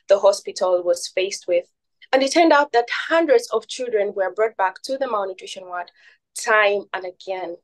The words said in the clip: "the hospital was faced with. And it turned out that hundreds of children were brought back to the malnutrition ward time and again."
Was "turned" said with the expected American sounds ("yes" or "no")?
yes